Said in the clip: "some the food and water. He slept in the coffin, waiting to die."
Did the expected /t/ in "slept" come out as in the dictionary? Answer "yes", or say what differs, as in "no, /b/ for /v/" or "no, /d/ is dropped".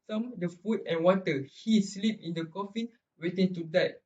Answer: no, /t/ is dropped